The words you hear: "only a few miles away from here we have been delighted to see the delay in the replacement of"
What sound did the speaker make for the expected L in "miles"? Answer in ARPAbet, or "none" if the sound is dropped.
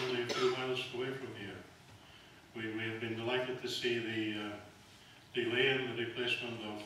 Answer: L